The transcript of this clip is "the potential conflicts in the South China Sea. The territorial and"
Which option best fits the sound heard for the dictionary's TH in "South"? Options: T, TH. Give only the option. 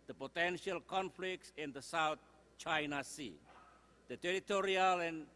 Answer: T